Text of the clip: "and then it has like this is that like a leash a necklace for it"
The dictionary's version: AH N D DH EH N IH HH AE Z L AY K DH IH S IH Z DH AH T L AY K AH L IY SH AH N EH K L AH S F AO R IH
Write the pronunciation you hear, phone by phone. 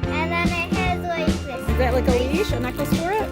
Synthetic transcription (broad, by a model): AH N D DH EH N IH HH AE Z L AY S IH IH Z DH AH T L AY K AH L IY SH AH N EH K AH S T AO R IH